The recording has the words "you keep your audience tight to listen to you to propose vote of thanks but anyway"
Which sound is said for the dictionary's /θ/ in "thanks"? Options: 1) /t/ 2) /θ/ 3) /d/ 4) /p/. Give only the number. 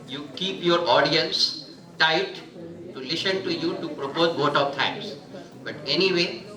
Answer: 1